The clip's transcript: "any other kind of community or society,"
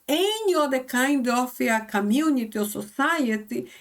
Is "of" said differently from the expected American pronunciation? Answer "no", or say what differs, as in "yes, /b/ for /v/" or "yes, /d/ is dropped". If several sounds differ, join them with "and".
yes, /f/ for /v/